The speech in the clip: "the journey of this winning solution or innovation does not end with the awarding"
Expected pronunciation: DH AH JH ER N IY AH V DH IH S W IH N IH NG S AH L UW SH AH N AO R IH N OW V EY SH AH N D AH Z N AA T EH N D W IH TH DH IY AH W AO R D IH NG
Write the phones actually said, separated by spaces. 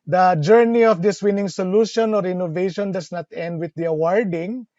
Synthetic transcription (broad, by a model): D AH JH ER N IY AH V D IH S W IH N IH NG S AH L UW SH AH N AO R IH N OW V EY SH AH N D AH S N AA T EH N D W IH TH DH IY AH W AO R D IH NG